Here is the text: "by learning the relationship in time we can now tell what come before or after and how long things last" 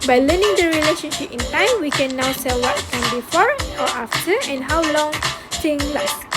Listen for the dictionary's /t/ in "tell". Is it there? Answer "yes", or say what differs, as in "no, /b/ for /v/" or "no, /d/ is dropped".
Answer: no, /s/ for /t/